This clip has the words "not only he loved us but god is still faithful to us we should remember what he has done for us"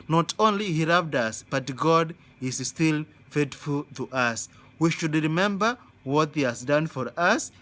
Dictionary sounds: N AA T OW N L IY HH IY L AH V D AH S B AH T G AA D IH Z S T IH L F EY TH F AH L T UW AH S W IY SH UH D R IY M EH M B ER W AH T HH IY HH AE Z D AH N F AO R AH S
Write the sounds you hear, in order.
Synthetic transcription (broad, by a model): N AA T OW N L IY HH IY L AH V D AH S B AH T G AA D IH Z S T IH L F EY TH F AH L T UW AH S W IY SH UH D R IY M EH M B ER W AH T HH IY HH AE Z D AH N F AO R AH S